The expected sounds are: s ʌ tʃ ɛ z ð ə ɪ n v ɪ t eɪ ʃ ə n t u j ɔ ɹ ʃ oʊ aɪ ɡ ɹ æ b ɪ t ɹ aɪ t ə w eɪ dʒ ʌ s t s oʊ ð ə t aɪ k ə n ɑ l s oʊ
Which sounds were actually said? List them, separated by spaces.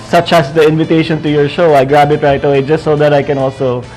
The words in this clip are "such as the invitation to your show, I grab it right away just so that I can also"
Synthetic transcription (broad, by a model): s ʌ tʃ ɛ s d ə ɪ n v ɪ t eɪ ʃ ə n t u j ɔ ɹ ʃ oʊ aɪ ɡ ɹ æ b ɪ t ɹ aɪ t ə w eɪ dʒ ʌ s t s oʊ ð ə t aɪ k ə n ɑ l s oʊ